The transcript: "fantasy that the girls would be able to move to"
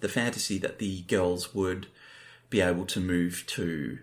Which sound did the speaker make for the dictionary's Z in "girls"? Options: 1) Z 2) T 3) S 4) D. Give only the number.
1